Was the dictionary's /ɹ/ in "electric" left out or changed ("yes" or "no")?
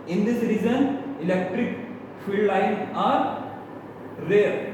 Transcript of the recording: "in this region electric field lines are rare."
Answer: no